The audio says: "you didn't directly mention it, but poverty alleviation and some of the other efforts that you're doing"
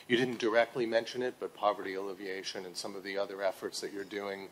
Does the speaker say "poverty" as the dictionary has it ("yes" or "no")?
yes